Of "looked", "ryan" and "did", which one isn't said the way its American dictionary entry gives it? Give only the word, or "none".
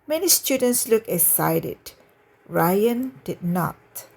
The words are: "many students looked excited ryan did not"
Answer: looked